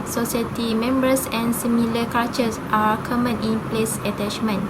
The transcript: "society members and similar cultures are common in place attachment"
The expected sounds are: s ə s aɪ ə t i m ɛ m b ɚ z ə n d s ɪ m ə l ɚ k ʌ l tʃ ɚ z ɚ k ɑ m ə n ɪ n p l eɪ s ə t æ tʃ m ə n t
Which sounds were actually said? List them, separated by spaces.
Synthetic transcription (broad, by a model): s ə s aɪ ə t i m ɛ m b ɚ s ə n s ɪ m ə l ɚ k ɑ tʃ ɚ s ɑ k ɑ m ə n ɪ n p l eɪ s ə t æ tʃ m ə n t